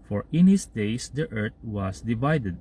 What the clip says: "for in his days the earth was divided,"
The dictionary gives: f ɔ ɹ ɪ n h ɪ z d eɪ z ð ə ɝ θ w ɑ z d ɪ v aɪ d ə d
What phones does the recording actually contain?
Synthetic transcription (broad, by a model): f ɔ ɹ ɪ n h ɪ s d eɪ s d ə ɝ t w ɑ s d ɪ v aɪ d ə d